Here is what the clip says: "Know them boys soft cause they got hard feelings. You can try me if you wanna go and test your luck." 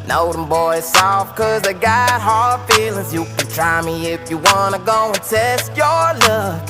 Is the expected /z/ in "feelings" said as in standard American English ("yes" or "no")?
yes